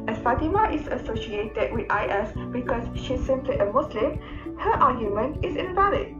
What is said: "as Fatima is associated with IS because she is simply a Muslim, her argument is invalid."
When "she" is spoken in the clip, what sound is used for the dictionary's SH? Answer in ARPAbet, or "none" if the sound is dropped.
SH